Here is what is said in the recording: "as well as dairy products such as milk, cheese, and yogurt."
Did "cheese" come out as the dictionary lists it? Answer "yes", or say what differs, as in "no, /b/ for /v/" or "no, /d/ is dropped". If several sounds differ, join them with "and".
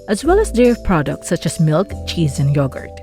yes